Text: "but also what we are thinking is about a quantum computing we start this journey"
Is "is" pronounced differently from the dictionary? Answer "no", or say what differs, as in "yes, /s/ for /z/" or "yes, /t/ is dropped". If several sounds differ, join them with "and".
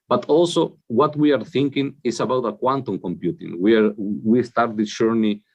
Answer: yes, /s/ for /z/